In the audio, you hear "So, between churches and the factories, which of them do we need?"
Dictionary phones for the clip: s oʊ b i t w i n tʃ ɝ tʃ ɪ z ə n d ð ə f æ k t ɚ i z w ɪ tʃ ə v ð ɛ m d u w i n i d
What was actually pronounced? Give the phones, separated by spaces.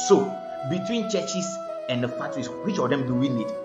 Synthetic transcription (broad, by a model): s oʊ b i t w i n tʃ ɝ tʃ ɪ s ə n d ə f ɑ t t i s w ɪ tʃ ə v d ɛ m d u w i n i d